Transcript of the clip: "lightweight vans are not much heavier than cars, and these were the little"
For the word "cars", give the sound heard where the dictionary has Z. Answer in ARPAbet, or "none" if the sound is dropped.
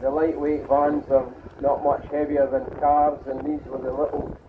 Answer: Z